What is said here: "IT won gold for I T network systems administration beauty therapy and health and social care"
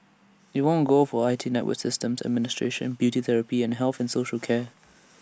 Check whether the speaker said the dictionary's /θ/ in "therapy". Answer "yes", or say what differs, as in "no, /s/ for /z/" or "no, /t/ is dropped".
yes